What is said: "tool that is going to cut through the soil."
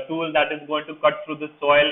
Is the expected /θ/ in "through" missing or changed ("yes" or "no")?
yes